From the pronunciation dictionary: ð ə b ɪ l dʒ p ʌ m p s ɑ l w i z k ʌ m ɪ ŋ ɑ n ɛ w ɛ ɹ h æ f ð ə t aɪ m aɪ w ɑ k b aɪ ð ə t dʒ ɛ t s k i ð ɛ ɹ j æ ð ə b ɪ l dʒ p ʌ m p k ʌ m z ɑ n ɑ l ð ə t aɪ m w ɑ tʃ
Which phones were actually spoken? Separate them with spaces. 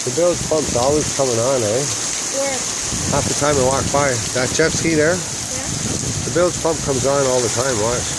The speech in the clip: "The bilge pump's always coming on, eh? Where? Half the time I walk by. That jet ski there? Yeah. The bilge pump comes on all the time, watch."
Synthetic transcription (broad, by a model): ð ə b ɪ l z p ʌ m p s ɑ l w i z k ʌ m ɪ ŋ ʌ n ɛ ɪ w h æ f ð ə t aɪ m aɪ w ɑ k b aɪ ð ə t tʃ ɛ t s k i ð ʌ ɹ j ð ə b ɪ l z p ʌ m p k ʌ m z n ɑ l ð ə t aɪ m w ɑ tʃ